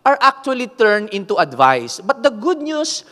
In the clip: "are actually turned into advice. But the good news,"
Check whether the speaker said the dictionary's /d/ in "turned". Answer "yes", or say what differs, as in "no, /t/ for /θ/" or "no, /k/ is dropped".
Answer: no, /d/ is dropped